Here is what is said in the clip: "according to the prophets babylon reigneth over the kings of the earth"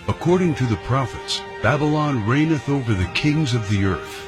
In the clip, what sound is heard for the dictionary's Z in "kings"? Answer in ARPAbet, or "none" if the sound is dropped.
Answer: Z